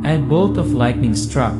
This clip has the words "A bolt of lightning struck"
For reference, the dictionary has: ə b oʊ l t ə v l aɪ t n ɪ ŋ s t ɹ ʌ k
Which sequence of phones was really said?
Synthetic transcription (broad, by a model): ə b oʊ t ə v l aɪ t n ɪ ŋ s t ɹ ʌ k